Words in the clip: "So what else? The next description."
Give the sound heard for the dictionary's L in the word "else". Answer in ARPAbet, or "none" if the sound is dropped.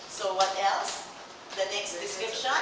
L